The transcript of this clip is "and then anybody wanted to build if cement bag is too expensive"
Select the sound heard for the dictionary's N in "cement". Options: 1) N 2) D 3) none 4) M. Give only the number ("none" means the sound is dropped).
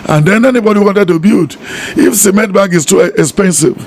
3